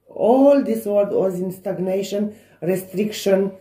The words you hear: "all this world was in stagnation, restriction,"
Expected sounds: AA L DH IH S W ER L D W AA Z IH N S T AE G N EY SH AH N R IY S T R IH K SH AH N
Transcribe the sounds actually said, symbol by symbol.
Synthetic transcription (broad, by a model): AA L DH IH S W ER D W AA Z IH N S T AE G N EY SH AH N R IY S T R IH K SH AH N